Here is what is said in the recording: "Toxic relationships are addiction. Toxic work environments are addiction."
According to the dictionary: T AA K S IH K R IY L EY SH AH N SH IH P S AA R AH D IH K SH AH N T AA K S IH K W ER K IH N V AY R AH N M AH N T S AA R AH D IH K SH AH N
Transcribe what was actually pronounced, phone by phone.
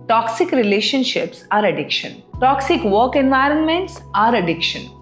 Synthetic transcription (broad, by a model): T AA K S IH K R IY L EY SH AH N SH IH P S AA R AH D IH K SH AH N T AA K S IH K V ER K IH N V AY R AH N M AH N T S AA R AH D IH K SH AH N